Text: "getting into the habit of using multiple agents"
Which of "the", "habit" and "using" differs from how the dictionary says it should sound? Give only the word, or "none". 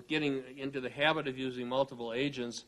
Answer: none